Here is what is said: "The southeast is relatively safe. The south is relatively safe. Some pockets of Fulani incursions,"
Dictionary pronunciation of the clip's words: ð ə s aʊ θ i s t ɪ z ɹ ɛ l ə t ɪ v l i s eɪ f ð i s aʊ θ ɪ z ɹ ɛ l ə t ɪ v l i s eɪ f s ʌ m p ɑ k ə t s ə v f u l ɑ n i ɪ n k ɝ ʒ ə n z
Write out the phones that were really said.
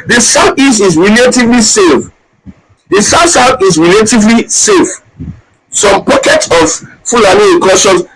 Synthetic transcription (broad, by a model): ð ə s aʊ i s ɪ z ɹ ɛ l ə t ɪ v l i s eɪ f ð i s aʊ s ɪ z ɹ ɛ l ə t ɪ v l i s eɪ f s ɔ m p ɑ k ə t s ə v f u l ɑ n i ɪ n k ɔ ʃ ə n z